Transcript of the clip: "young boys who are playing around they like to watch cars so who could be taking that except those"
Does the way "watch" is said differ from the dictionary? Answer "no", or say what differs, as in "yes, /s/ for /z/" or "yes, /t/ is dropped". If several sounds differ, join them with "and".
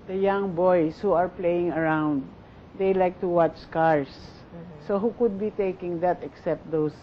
no